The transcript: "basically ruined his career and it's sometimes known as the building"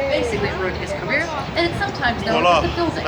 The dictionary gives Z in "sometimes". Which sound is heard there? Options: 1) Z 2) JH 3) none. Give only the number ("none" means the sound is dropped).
1